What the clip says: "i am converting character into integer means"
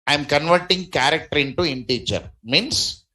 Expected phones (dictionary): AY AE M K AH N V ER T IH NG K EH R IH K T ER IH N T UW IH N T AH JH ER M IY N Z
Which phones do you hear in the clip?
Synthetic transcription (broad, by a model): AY M K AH N V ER T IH NG K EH R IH K T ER IH N T UW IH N T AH CH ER M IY N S